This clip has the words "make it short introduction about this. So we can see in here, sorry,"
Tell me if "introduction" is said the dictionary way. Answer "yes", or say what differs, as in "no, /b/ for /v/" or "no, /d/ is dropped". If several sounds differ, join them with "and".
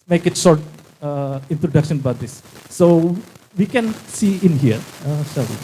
yes